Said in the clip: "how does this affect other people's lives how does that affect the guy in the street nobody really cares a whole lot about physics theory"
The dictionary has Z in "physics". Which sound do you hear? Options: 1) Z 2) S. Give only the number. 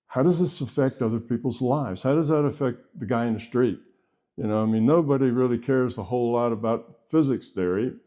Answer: 1